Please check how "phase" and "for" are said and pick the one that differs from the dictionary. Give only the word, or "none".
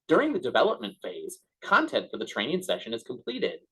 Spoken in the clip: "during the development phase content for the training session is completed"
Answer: none